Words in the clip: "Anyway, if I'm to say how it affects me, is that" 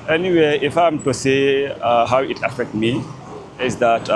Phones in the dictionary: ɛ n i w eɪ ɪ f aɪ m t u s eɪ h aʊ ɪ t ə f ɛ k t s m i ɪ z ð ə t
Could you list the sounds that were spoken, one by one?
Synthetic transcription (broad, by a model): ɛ n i w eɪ ɪ f aɪ m t u s eɪ h aʊ ɪ t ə f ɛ k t m i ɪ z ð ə t